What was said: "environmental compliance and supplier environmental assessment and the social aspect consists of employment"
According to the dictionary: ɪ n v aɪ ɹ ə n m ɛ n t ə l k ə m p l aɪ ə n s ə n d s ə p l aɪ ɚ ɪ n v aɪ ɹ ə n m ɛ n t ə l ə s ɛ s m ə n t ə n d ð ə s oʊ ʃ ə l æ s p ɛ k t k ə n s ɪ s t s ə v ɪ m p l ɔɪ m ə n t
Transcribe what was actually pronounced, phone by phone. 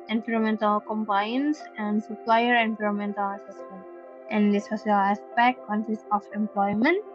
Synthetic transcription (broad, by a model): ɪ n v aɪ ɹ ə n m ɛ n t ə l k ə m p aɪ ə n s ə n d s ə p l aɪ ɚ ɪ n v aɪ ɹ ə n m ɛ n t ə l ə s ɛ s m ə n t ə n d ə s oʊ s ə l æ s p ɛ k t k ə n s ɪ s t ə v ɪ m p l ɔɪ m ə n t